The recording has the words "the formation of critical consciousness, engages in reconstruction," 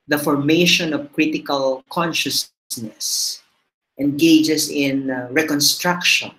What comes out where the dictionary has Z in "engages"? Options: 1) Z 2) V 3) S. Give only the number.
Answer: 3